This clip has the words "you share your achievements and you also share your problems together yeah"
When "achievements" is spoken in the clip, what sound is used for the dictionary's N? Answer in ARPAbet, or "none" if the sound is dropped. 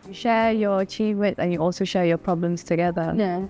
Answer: none